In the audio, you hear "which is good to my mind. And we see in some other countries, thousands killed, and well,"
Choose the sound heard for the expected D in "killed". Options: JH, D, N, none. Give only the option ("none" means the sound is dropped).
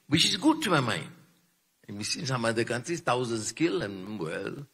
none